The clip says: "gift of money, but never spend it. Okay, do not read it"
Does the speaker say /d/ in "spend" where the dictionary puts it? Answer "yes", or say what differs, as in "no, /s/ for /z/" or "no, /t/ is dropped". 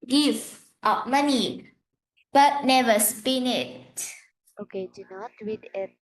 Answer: no, /d/ is dropped